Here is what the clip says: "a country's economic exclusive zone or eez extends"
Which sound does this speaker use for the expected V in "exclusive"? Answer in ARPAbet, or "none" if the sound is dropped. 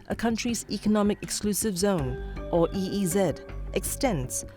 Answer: V